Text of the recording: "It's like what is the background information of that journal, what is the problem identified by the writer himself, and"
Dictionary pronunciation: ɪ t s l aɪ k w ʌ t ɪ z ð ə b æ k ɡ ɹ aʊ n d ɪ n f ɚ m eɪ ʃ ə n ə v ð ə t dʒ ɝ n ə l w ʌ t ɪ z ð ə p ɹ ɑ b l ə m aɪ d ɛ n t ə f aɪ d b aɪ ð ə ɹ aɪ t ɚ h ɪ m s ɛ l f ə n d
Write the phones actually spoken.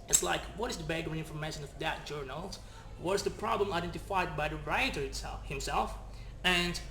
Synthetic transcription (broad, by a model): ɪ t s l aɪ k w ʌ t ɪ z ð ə b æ ɡ ʌ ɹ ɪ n f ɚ m eɪ ʃ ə n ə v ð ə t dʒ ɝ n ə l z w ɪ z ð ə p ɹ ɑ b l ə m aɪ d ɛ n t ə f aɪ d b aɪ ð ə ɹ aɪ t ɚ h ɪ m s ɛ l f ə n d